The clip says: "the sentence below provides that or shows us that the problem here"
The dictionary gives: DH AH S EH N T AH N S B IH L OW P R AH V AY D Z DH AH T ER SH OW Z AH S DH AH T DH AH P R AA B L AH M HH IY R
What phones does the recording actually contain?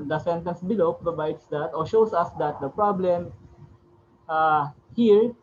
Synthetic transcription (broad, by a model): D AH S EH N T AH N S B IH L OW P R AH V AY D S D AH T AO SH OW S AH S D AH T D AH P R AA B L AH M HH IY R